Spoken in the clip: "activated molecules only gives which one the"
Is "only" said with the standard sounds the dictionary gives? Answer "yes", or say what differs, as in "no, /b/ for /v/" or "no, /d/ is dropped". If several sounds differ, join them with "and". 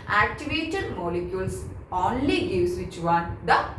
yes